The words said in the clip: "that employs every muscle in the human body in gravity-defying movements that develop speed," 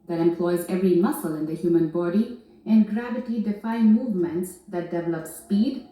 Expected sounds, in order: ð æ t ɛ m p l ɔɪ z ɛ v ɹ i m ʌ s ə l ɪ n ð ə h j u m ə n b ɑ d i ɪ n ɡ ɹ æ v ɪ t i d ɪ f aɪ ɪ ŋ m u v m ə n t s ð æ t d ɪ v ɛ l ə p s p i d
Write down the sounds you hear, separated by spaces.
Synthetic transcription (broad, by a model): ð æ t ɛ m p l ɔɪ z ɛ v ɹ i m ʌ s ə l ɪ n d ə h j u m ə n b ɑ d i ɪ n ɡ ɹ æ v ɪ t i d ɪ f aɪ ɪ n m u v m ə n t s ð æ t d ɪ v ɛ l ə p s p i d